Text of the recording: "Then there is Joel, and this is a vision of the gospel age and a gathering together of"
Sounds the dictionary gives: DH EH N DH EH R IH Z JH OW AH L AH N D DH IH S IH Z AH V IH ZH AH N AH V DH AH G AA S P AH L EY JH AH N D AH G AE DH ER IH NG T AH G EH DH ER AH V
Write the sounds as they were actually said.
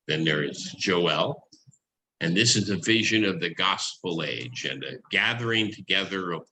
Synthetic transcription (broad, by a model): DH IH N DH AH R IH Z JH OW AH L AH N DH IH S IH Z AH V IH ZH AH N AH V DH AH G AA S P L EY JH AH N AH G AE DH ER IH NG T AH G EH DH ER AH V